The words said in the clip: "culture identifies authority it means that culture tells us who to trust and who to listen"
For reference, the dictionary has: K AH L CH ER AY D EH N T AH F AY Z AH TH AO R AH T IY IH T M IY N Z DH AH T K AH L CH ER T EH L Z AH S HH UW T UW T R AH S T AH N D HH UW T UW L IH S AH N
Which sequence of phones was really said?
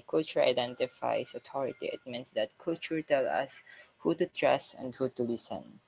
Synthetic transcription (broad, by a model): K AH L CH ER AY D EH N T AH F AY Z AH T AO R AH T IY IH T M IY N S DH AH T K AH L CH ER T EH L AH S HH UW T UW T R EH S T AH N D HH UW T UW L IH S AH N